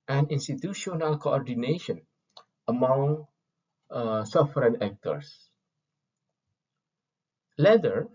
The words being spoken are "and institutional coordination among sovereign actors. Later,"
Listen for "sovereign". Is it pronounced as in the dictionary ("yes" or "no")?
no